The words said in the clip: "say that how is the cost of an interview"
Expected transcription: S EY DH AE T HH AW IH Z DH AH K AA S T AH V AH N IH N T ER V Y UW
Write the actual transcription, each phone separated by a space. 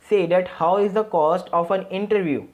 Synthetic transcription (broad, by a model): S EY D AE T HH AW IH Z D AH K AA S T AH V AH N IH N T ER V Y UW